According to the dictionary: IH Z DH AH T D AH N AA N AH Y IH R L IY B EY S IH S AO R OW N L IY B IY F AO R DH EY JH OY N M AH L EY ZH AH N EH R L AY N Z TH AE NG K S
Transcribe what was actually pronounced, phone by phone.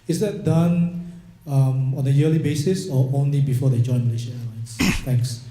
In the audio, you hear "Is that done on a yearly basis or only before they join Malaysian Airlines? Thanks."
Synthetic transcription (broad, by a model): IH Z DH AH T D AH N AA N AH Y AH L IY B EY S IH S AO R OW N L IY B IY F AO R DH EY JH OY N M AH L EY SH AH EH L AY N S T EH NG K S